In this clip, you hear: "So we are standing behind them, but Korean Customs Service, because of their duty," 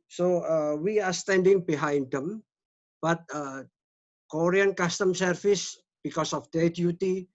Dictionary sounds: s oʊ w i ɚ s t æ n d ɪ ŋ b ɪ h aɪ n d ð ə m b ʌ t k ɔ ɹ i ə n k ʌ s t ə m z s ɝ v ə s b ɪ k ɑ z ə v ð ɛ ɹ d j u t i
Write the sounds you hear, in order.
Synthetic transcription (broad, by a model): s oʊ w i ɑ s t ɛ n d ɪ ŋ b ɪ h aɪ n d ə m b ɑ t k ɔ ɹ i ə n k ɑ s t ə m s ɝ f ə s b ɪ k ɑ s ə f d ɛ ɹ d j u t i